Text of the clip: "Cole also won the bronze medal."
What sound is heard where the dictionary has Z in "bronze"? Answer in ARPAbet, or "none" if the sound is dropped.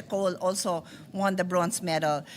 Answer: S